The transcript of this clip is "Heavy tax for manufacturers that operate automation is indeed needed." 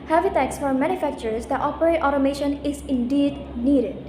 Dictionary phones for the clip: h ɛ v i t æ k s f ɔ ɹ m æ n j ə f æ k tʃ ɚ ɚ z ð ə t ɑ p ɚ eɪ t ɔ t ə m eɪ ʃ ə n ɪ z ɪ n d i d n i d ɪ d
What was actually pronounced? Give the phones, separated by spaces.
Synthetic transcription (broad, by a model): h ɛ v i t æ k s f ɔ ɹ m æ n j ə f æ k tʃ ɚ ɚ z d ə t ɑ p ɚ eɪ t ɔ t ə m eɪ ʃ ə n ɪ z ɪ n d i d n i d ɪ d